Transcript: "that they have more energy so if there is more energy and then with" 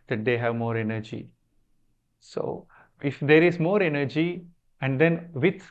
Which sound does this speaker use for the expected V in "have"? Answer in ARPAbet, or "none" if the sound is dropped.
V